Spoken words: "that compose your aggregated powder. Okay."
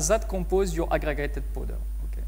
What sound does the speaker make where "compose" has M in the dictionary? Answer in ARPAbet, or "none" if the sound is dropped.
none